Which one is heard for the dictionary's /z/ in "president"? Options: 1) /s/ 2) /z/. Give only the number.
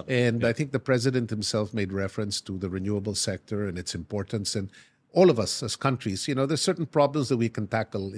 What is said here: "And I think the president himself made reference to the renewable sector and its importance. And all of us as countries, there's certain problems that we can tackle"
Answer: 2